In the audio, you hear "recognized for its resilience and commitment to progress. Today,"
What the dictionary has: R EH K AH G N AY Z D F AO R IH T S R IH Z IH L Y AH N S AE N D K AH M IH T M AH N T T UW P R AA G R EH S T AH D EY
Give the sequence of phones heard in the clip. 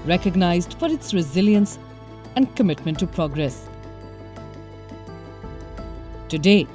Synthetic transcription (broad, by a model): R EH K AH G N AY Z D F AO R IH T S R IH Z IH L Y AH N S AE N D K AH M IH T M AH N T T UW P R AA G R EH S T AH D EY